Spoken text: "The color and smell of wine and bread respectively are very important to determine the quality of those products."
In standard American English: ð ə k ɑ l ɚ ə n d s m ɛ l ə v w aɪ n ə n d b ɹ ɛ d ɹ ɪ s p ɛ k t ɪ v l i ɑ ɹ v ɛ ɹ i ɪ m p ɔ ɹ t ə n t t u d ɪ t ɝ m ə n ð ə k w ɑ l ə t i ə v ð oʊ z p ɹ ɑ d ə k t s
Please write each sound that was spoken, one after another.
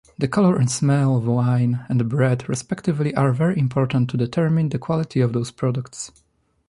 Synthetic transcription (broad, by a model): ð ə k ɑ l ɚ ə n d s m ɛ l ə v w aɪ n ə n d b ɹ ɛ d ɹ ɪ s p ɛ k t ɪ v l i ɑ ɹ v ɛ ɹ i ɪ m p ɔ ɹ t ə n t t u d ɪ t ɝ m ə n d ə k w ɑ l ə t i ə v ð oʊ s p ɹ ɑ d ə k t s